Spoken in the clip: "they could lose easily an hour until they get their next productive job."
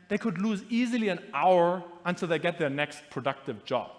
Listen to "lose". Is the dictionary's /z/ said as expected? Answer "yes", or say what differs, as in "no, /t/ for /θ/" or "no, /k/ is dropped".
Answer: yes